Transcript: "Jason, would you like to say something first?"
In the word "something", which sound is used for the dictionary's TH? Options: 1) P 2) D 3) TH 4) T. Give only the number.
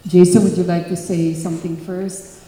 3